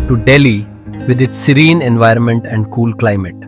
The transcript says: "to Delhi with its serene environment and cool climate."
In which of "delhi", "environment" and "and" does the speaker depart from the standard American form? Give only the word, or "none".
none